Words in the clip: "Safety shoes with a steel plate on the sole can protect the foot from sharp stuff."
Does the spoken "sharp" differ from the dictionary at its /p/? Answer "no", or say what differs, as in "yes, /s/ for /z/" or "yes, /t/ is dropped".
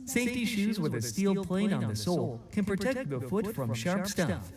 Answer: no